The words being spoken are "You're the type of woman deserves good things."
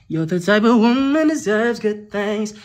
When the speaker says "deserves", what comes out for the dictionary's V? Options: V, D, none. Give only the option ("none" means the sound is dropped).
V